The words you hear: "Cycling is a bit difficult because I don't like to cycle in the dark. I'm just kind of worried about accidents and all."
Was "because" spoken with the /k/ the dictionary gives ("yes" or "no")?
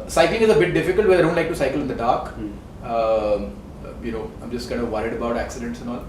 no